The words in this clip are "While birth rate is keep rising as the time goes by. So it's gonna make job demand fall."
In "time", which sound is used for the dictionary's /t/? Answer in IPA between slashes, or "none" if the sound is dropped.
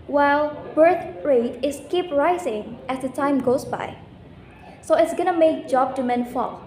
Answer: /t/